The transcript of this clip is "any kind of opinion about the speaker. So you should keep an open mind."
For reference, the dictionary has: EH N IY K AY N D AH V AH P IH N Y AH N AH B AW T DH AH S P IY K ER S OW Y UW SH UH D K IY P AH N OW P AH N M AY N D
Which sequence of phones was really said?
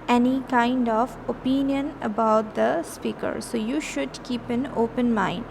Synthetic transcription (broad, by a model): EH N IY K AY N D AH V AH P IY N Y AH N AH B AW T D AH S P IY K ER S OW Y UW SH UH D K IY P AH N OW P AH N M AY N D